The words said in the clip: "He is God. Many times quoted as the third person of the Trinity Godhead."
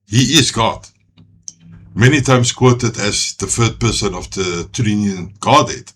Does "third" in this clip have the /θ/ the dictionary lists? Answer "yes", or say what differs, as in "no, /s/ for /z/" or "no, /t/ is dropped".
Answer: no, /f/ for /θ/